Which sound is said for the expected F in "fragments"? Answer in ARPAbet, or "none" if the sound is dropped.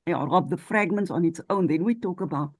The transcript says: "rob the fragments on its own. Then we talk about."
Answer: F